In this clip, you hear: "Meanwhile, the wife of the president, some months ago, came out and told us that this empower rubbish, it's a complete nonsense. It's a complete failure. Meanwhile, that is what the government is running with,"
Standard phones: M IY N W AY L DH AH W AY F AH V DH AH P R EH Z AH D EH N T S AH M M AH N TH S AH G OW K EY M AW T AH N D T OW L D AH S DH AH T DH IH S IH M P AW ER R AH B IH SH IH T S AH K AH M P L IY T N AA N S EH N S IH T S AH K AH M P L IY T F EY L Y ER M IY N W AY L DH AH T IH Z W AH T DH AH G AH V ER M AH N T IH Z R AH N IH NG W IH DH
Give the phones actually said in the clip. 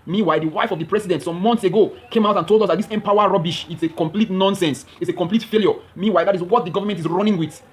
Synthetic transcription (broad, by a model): M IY W AY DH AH W AY F AH V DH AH P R EH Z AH D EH N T S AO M M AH N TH S AH G OW K EY M AW T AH N T OW L D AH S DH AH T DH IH S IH M P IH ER R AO B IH SH IH T S AH K AH M P L IY T N AA N S EH N S IH T S AH K AH M P L IY T F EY L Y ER M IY W AY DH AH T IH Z W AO T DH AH G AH V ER M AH N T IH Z R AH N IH NG W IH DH